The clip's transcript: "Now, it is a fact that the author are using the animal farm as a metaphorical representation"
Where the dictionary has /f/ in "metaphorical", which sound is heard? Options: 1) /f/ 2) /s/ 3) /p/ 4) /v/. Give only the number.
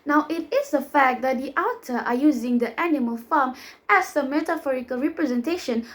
1